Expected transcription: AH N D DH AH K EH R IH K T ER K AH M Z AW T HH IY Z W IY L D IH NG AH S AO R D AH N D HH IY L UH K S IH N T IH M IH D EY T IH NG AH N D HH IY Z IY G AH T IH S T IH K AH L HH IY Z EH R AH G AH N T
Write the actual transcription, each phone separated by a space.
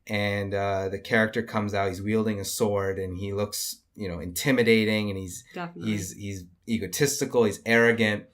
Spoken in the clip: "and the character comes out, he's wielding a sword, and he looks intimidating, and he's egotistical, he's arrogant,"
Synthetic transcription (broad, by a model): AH N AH DH AH K EH R IH K T ER K AH M Z AW T HH IY Z W IY L D IH NG AH S AO R D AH N IY L UH K S IH N T IH M IH D EY T IH NG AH N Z HH IY Z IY G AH T IH S T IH K L HH IY Z EH R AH G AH N T